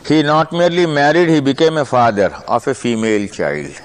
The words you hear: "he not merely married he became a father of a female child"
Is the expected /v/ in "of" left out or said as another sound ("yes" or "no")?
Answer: yes